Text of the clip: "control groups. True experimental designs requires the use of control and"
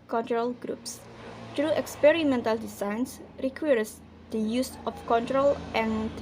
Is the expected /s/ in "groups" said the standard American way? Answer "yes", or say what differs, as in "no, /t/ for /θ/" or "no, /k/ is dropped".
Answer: yes